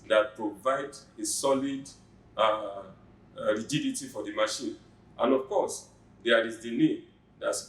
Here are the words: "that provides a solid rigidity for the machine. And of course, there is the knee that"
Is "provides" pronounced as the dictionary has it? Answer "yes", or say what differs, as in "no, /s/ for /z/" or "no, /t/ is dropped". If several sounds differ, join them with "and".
no, /z/ is dropped